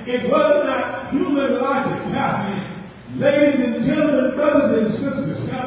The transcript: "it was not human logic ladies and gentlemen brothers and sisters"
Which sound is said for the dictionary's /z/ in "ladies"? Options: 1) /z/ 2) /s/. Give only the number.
1